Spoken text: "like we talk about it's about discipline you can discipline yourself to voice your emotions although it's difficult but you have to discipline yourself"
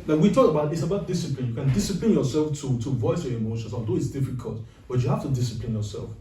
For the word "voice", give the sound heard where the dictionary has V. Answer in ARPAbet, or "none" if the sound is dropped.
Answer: V